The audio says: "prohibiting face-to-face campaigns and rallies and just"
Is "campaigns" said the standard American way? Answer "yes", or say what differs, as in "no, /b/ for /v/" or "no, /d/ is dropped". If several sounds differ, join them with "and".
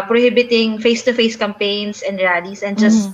no, /s/ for /z/